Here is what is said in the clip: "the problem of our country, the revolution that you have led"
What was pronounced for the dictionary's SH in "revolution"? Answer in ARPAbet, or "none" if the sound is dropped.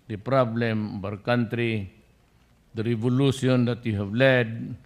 S